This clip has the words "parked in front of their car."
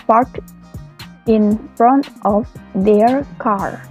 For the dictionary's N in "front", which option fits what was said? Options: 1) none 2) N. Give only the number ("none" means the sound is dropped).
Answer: 2